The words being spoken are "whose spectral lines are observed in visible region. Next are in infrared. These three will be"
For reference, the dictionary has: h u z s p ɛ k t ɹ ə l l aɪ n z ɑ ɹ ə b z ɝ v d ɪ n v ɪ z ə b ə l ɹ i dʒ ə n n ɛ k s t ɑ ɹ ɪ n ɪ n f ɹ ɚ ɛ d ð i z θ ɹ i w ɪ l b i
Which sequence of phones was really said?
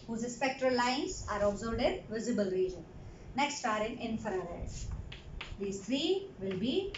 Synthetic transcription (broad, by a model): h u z s p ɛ k t ɹ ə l l aɪ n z ɑ ɹ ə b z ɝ b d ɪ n v ɪ z ə b ə l ɹ i dʒ ə n n ɛ k s t ɑ ɹ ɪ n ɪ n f ɚ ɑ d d i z t ɹ i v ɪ l b i